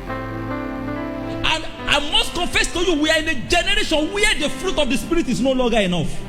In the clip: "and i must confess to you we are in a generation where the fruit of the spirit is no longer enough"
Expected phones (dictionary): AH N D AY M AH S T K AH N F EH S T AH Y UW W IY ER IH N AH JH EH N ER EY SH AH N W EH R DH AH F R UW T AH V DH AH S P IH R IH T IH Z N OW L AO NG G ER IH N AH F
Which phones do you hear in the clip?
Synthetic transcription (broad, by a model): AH N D AY M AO S T K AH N F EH S T AH Y UW W IY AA IH N AH JH EH N ER EY SH AH N W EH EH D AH F R UW T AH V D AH S P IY R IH T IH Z N OW L AO NG G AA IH N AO F